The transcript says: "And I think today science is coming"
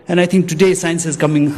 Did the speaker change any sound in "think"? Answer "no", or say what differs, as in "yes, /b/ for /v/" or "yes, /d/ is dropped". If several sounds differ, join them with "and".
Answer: yes, /t/ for /θ/